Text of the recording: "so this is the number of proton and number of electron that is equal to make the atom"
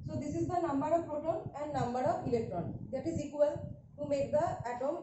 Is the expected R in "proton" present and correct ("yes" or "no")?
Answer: no